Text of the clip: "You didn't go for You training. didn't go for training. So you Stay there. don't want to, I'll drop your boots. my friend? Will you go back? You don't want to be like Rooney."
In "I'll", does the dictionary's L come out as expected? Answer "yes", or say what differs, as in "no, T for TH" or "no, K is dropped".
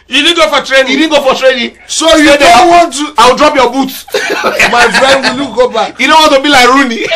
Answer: no, W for L